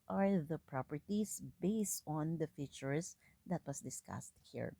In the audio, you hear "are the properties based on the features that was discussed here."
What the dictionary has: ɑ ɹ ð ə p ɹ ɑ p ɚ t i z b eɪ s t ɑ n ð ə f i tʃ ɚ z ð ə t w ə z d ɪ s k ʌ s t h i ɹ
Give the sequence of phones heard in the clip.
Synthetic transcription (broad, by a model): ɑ ɹ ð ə p ɹ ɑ p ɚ t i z b eɪ s t ɑ n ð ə f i tʃ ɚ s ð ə t w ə s d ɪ s k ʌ s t h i ɹ